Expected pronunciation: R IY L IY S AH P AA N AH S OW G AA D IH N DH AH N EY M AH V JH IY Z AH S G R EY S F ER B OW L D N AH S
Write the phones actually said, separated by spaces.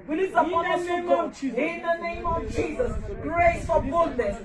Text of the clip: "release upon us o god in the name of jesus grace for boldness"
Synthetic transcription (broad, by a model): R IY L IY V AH AA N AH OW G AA IH N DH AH N EY M AH V JH IY Z AH S G R EY S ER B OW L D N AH S